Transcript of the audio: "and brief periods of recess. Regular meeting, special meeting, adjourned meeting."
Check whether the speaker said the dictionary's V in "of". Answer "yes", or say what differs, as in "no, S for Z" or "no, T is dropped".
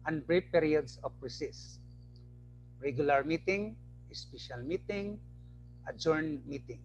no, P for V